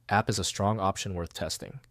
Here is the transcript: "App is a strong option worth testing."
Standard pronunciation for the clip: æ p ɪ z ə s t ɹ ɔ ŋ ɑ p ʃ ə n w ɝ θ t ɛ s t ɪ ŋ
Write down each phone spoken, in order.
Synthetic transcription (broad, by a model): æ p ɪ z ə s t ɹ ɔ ŋ ɑ p ʃ ə n w ɝ θ t ɛ s t ɪ ŋ